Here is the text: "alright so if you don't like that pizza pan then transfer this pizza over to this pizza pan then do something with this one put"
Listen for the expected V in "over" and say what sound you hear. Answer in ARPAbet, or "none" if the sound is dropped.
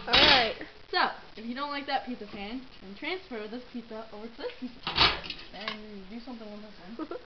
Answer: V